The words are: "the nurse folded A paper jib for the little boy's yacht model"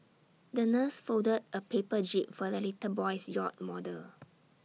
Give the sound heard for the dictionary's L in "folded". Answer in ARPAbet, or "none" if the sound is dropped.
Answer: none